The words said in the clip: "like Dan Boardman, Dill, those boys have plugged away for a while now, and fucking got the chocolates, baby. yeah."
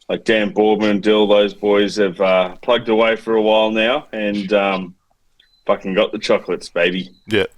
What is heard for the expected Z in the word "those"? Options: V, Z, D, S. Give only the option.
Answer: Z